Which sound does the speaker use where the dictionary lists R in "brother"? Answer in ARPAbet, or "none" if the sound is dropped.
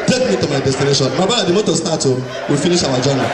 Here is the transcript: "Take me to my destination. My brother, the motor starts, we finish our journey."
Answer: none